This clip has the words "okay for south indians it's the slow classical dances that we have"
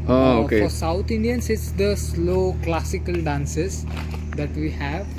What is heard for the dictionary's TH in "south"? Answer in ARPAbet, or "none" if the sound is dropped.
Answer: T